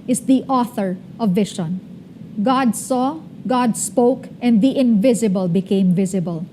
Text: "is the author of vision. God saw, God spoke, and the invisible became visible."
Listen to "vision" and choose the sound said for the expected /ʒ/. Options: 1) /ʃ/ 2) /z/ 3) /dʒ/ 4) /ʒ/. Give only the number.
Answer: 1